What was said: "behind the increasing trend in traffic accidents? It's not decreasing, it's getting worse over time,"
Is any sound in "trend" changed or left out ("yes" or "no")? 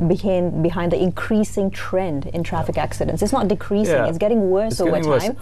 no